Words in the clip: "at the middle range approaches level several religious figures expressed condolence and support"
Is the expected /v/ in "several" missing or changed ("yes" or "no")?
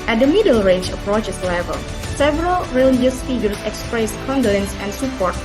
no